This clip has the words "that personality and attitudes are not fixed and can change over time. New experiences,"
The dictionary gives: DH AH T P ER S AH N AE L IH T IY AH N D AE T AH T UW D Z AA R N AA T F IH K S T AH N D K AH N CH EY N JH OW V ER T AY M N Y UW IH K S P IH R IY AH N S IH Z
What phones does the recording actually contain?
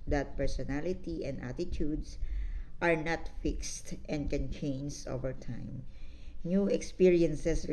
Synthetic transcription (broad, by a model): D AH T P ER S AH N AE L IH T IY AH N D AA T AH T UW D S AA R N AA T F IH K S T AH N D K AH N CH EY N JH OW V ER T AY M N Y UW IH K S P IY R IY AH N S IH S